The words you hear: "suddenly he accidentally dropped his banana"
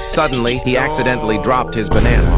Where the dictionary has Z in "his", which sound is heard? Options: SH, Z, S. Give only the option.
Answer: Z